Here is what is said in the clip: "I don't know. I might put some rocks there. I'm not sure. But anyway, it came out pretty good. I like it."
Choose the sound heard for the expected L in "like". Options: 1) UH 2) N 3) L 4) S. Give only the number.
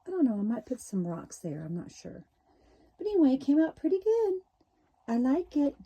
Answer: 2